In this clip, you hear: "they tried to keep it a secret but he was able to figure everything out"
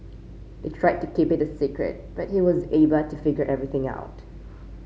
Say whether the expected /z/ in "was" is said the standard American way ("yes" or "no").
yes